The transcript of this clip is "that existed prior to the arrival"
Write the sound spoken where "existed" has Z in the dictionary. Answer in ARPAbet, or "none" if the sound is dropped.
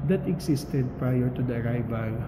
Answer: S